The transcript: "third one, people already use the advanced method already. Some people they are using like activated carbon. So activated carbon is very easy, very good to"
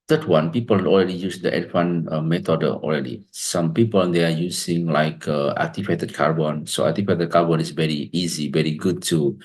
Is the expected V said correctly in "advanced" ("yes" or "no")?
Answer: no